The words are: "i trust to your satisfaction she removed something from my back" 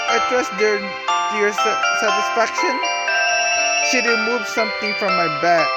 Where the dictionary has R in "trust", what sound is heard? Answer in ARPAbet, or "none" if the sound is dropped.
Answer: W